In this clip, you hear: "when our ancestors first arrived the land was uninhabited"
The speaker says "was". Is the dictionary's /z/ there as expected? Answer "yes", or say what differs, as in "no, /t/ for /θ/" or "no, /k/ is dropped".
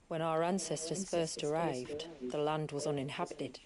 yes